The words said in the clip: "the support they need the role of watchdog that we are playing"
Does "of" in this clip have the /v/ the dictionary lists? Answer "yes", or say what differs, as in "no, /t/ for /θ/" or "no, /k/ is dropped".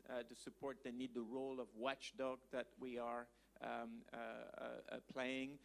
yes